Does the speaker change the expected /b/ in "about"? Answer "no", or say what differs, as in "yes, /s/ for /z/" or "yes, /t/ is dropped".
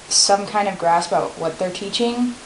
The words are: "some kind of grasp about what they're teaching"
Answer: yes, /b/ is dropped